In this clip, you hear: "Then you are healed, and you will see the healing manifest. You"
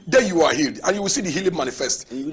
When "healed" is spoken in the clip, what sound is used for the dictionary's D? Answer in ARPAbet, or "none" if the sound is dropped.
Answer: D